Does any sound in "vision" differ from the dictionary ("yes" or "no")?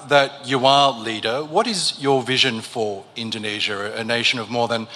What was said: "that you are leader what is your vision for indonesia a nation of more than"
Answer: no